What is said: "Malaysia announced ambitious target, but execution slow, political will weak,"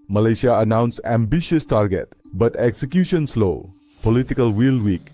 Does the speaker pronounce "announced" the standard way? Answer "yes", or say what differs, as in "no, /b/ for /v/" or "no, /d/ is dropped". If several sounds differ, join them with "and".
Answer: no, /t/ is dropped